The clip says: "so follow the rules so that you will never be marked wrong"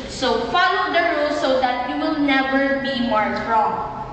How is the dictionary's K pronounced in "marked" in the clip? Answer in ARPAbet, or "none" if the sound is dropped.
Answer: none